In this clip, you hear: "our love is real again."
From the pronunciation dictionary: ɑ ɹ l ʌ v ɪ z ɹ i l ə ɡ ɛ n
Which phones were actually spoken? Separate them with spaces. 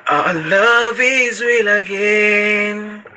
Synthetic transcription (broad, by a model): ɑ l ʌ v ɪ z w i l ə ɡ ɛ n